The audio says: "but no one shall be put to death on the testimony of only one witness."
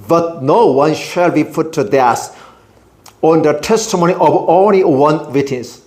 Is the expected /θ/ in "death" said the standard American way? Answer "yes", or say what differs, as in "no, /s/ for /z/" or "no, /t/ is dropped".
no, /s/ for /θ/